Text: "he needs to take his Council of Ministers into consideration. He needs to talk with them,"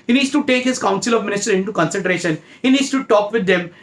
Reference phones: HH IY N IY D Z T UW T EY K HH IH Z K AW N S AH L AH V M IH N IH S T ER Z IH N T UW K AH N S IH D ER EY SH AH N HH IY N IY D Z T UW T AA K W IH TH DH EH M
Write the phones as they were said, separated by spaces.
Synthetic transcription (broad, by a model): HH IY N IY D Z T UW T EY K HH IH Z K AW N S AH L AH V M IH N IH S T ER IH N T UW K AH N S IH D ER EY SH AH N HH IY N IY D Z T UW T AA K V IH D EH M